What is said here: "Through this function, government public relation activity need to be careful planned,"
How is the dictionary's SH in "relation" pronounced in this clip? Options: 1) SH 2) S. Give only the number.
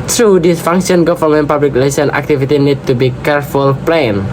2